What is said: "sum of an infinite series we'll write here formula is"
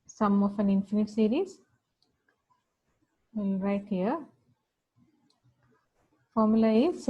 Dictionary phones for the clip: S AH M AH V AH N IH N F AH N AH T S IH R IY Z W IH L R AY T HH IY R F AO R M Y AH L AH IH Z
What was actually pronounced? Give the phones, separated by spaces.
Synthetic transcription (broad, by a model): S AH M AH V AH N IH N F AH N AH T S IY R IY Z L R AY T HH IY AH F AO R M Y AH L AH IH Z